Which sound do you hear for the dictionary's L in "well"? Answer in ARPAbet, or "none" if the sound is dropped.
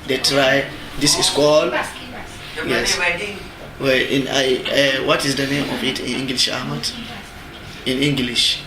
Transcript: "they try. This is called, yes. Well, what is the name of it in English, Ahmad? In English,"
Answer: N